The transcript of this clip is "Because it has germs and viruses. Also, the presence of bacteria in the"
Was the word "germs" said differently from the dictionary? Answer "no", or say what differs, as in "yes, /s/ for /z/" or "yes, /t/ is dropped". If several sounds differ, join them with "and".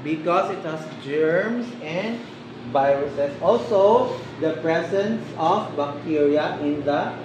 yes, /s/ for /z/